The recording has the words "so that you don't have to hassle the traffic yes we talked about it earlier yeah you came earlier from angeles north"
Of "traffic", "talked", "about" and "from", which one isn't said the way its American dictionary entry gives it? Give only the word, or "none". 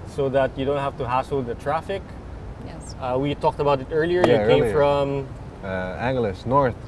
none